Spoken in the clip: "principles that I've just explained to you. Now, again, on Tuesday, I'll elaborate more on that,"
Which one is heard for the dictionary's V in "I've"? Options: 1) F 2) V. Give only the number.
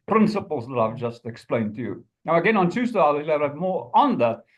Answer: 2